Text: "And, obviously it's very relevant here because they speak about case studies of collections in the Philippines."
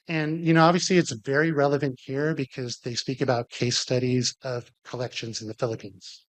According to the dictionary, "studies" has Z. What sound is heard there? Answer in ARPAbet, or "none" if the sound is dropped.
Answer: Z